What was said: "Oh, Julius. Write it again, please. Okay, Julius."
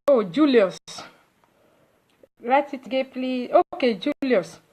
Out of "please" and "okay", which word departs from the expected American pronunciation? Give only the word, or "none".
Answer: please